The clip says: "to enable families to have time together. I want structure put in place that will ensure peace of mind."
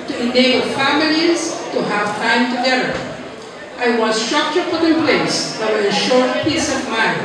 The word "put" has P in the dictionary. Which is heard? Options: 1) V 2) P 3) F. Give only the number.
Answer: 3